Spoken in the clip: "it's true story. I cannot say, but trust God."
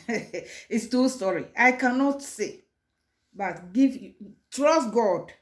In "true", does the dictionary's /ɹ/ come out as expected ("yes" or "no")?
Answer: no